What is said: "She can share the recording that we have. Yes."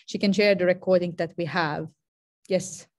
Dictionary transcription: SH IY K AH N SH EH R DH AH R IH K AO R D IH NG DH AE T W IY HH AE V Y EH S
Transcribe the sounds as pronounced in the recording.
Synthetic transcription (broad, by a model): SH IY K AH N SH EH R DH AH R IH K AO R D IH NG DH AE T W IY HH AE V Y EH S